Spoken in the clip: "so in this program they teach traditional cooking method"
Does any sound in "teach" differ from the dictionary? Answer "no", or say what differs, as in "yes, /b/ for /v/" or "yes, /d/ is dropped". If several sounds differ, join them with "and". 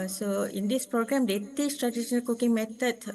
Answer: yes, /s/ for /tʃ/